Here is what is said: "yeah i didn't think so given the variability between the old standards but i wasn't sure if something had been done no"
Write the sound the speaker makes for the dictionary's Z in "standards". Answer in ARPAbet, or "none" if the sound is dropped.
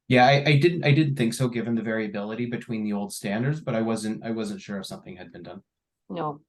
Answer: Z